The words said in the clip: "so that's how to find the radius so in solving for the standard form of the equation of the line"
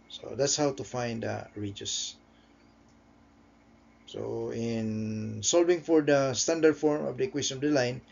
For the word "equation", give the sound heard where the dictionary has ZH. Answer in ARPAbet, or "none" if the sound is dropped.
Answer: S